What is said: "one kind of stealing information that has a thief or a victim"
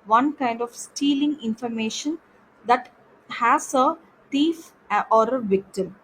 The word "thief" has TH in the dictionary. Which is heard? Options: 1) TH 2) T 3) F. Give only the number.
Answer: 2